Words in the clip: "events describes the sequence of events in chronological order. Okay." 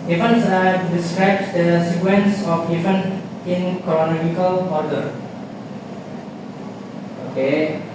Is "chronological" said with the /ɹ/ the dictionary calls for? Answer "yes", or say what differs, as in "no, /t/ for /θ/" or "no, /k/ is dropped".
no, /ɹ/ is dropped